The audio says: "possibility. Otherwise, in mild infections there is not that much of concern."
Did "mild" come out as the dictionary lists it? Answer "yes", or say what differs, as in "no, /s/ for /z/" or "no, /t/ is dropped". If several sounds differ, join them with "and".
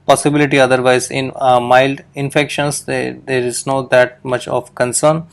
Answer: yes